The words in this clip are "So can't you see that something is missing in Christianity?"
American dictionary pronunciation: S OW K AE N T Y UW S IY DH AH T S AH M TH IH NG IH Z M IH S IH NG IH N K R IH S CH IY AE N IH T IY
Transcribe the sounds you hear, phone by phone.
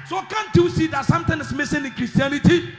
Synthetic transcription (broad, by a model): S OW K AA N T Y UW S IY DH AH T S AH M T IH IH S M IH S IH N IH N K R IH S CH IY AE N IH T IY